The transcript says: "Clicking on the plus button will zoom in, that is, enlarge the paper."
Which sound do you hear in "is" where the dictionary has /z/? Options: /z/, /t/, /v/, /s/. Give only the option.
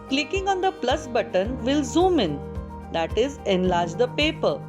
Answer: /z/